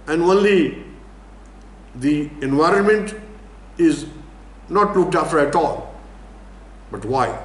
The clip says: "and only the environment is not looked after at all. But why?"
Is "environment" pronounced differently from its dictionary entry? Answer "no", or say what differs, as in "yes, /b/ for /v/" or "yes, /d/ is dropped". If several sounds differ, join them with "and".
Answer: no